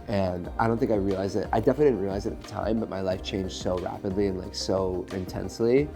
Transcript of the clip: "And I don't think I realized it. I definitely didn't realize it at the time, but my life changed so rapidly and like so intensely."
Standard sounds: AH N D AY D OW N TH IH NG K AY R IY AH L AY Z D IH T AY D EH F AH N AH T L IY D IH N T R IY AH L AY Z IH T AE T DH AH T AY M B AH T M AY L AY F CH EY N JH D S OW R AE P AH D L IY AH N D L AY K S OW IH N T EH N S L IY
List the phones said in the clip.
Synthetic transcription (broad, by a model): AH N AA AY D OW N TH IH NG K AY R IY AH L AY Z IH T AY D EH F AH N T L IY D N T R IY AH L AY Z IH T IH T DH AH T AY M B AH T M AY L AY F CH EY N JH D S OW R AE P AH D L IY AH N L AY K S OW IH N T EH N S L IY